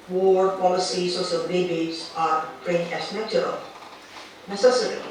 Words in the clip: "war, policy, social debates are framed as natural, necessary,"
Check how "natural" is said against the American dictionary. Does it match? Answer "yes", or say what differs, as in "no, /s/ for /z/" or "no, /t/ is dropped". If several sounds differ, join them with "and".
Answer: no, /ɹ/ is dropped